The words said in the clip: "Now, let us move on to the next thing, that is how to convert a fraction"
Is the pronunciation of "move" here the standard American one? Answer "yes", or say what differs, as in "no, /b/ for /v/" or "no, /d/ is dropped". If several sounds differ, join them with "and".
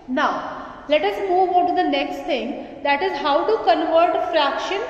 yes